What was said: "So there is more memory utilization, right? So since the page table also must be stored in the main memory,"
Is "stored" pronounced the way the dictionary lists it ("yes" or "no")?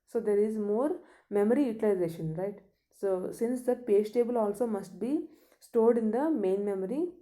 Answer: yes